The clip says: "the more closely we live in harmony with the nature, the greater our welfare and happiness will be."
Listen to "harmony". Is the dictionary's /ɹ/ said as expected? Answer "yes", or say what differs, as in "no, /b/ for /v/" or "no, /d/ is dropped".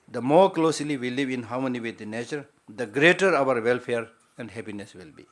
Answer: no, /w/ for /ɹ/